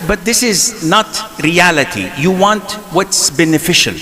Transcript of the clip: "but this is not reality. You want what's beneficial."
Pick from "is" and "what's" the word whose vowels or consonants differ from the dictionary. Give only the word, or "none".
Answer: none